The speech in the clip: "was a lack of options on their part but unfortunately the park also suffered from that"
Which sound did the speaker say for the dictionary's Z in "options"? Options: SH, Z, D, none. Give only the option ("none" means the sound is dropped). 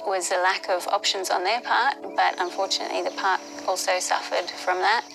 Z